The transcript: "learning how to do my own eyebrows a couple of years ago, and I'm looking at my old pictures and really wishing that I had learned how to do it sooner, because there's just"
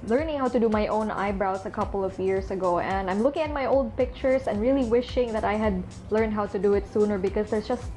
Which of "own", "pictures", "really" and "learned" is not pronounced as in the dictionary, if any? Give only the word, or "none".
pictures